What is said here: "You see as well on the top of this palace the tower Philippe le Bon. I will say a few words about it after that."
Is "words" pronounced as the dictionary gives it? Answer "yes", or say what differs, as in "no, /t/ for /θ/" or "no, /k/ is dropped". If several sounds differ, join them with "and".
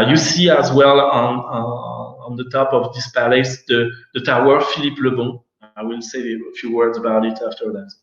yes